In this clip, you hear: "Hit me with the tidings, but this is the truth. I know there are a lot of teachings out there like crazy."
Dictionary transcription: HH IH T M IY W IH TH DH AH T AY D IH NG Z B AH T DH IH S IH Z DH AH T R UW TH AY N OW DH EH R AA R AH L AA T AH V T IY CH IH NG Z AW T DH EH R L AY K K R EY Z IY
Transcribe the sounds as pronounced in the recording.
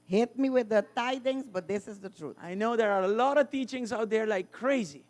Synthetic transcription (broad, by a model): HH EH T M IY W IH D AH T AY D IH NG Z B AH T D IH S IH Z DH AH T R UW T AY N OW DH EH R AA R AH L AA T AH V T IY CH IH NG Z AW T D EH R L AY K K R EY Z IY